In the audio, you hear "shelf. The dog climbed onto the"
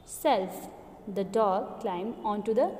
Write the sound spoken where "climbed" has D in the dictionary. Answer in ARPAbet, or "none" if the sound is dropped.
none